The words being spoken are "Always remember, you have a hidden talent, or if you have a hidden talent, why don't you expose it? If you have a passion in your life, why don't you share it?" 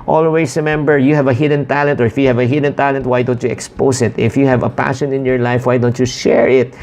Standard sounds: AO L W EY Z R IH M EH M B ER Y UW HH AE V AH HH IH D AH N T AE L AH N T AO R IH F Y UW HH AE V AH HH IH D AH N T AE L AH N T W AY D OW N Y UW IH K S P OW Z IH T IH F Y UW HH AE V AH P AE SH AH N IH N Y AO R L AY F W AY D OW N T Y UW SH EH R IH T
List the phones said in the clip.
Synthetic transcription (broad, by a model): AO L W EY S R IH M EH M B ER Y UW HH AE V AH HH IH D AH N T AE L AH N T AO R IH F Y UW HH AE V AH HH IH D AH N T AE L AH N T W AY D OW N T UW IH K S P OW S IH T IH F Y UW HH AE V AH P AE SH AH N IH N Y AO R L AY F W AY D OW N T Y UW SH EH R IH T